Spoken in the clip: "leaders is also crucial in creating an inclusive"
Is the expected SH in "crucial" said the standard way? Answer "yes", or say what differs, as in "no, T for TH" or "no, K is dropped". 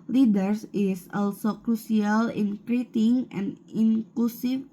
no, S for SH